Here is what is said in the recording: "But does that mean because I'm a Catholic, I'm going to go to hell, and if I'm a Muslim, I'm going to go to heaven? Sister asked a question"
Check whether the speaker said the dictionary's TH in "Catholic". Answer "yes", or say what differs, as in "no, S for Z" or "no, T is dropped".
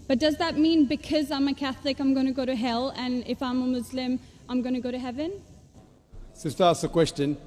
yes